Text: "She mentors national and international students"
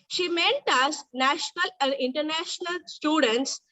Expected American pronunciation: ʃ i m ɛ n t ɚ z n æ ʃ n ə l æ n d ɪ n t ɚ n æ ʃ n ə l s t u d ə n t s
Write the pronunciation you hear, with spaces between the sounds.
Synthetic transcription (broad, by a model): ʃ i m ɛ n t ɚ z n æ ʃ n ə l æ n d ɪ n t ɚ n æ ʃ n ə l s t u d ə n t s